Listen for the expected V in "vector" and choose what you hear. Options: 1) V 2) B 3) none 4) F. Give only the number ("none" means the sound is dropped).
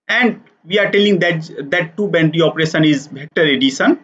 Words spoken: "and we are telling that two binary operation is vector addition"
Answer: 2